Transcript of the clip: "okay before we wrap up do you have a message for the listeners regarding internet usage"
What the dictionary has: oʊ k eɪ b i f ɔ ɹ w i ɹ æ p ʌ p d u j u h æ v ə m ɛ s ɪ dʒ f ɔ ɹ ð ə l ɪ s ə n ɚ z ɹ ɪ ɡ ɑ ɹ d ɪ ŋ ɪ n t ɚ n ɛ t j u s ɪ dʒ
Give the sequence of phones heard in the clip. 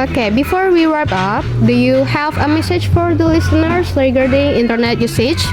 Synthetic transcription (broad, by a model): oʊ k eɪ b i f ɔ ɹ w i w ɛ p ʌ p d u j u h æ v ə m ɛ s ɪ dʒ f ɔ ɹ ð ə l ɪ s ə n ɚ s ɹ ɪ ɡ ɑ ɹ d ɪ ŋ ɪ n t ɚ n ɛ t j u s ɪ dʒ